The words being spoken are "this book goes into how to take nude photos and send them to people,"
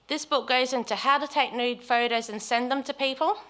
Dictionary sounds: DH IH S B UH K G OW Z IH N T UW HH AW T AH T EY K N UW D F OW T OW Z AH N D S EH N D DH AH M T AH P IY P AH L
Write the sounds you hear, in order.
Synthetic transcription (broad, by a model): DH IH S B UH K G OW Z IH N T UW HH AW T AH T EY K N UW D F OW T OW Z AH N S EH N DH AH M T AH P IY P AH L